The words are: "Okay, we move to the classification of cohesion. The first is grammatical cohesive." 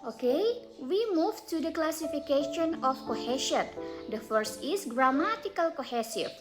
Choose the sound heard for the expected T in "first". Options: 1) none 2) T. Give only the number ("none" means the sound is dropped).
2